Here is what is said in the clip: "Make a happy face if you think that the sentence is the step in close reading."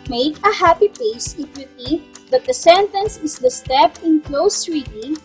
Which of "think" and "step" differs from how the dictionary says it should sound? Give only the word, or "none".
think